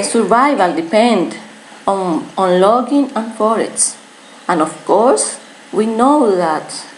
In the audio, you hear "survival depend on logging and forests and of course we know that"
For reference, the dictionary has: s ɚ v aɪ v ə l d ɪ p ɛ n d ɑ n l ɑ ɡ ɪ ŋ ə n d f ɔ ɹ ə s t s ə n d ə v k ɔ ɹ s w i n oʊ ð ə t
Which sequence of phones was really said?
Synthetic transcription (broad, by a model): s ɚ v aɪ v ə l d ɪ p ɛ n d ɑ n l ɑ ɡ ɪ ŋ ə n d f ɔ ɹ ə t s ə n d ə f k ɔ ɹ s w i n oʊ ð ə t